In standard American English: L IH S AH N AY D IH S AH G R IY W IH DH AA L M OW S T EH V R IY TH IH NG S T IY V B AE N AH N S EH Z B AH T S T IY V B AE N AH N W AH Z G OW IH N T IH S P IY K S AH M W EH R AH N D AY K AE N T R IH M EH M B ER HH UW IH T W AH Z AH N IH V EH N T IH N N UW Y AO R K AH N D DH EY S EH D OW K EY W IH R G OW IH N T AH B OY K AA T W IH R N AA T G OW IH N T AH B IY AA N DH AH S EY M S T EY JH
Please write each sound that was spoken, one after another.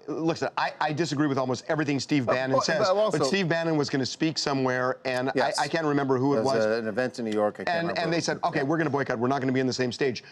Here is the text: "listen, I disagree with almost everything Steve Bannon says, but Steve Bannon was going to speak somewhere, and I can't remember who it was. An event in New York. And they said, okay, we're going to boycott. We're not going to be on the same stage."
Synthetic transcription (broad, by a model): L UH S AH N AY D IH S AH G R IY W IH DH AA L M OW S T EH V R IY TH IH NG S T IY V B AE N AH N S EH Z B AH T S T IY V B AE N AH N W AH Z G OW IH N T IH S P IY K S AH M W EH R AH N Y AY K AE N T R IH M EH M B ER HH UW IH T W AH Z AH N IH V EH N T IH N N UW Y AO R K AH N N DH EY S EH D OW K EY W IH R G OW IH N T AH B OY K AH T W IH R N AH T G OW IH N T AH B IY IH N DH AH S EY M S T EY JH